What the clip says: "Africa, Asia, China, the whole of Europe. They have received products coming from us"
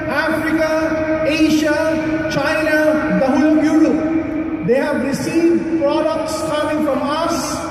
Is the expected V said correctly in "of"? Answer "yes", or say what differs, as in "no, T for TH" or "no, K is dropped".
no, B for V